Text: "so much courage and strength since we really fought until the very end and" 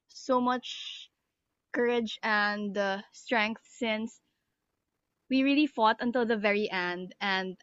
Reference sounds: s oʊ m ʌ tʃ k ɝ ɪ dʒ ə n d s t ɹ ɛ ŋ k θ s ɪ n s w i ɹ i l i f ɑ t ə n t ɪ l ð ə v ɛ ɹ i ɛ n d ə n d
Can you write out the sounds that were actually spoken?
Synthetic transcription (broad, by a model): s oʊ m ʌ tʃ k ɝ ɪ dʒ ə n d s t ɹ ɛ ŋ k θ s ɪ n s w i ɹ i l i f ɑ t ə n t ɪ l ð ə v ɛ ɹ i ɛ n d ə n d